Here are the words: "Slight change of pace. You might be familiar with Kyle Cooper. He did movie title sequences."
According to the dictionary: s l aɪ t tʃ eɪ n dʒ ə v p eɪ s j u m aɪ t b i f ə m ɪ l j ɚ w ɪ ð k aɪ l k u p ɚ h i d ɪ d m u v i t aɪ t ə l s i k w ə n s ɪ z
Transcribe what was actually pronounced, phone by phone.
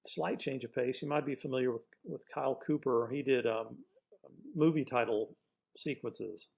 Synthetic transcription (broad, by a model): s l aɪ t tʃ eɪ n dʒ ə v p eɪ s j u m aɪ t b i f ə m ɪ l j ɚ w ɪ ð k aɪ l k u p ɚ i d ɪ d m u v i t aɪ t l s i k w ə n s ɪ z